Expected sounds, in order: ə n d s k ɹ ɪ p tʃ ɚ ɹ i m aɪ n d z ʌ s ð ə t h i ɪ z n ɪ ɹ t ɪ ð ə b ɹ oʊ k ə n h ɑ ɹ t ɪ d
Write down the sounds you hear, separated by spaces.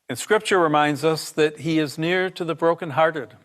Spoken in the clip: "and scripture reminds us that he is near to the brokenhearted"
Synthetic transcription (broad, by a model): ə n s k ɹ ɪ p tʃ ɚ ɹ i m aɪ n d z ʌ s ð ə t h i ɪ z n ɪ ɹ t ɪ ð ə b ɹ oʊ k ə n h ɑ ɹ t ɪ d